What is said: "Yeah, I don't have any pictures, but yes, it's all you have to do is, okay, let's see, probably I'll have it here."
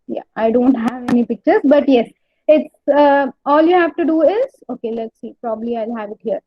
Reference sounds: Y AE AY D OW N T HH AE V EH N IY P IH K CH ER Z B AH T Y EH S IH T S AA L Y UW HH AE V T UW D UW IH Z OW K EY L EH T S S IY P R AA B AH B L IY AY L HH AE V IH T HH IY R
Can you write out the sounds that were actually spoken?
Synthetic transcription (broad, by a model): Y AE AY D OW N T HH AE V EH N IY P IH K CH ER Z B AH T Y EH S IH T S AA L Y UW HH AE V T UW D UW IH Z OW K EY L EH T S S IY P R AA B AH B L IY AY L HH AE V IH T HH IY R